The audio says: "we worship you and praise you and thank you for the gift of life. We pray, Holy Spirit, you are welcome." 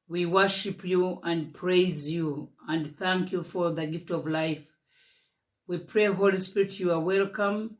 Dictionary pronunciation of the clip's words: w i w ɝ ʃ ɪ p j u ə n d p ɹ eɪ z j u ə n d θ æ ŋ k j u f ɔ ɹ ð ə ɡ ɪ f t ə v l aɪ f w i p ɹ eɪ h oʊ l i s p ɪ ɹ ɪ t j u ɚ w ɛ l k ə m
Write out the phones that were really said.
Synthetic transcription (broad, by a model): w i w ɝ ʃ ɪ p j u ə n d p ɹ eɪ z j u ə n d θ æ ŋ k j u f ɔ ɹ ð ə ɡ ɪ f t ə v l aɪ f w i p ɹ eɪ h oʊ l i s p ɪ ɹ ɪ t j u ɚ w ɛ l k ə m